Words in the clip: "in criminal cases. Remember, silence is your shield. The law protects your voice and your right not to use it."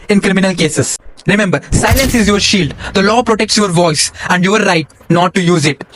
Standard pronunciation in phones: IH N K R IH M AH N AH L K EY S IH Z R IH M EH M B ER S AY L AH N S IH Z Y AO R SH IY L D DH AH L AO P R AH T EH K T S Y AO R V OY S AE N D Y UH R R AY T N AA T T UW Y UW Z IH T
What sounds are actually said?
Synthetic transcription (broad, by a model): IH N K R IH M AH N AH L K EY S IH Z R IH M EH M B ER S AY L AH N S IH Z Y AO R SH IY L D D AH L AO P R AH T EH K T S Y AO R V OY S AE N D Y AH R R AY T N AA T T UW Y UW Z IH T